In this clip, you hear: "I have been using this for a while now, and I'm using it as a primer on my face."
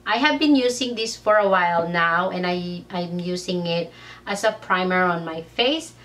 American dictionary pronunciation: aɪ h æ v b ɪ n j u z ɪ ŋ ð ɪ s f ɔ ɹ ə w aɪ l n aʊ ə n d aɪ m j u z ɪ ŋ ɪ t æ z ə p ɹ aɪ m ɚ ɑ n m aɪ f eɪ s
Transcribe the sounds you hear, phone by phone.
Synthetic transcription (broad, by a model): aɪ h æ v b ɪ n j u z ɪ ŋ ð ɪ s f ɔ ɹ ə w aɪ l n aʊ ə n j aɪ m j u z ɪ ŋ ɪ t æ s ə p ɹ aɪ m ɚ ɑ n m aɪ f eɪ s